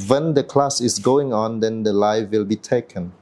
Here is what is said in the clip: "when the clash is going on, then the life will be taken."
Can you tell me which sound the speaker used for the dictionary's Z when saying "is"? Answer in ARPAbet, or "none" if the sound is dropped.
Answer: S